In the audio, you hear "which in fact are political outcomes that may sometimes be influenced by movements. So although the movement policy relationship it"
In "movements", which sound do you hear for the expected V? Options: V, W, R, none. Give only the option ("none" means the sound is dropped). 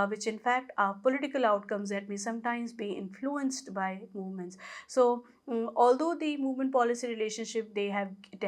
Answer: V